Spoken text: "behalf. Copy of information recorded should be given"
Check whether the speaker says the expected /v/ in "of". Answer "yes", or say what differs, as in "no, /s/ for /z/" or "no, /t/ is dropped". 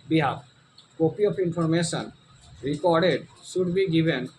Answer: no, /p/ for /v/